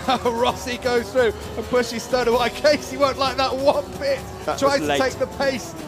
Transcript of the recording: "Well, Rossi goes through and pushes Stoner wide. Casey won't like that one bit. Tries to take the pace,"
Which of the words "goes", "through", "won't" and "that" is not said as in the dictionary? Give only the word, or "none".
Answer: none